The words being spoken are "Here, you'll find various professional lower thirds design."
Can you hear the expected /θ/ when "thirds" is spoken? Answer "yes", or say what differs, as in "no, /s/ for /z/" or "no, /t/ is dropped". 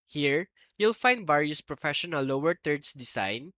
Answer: no, /t/ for /θ/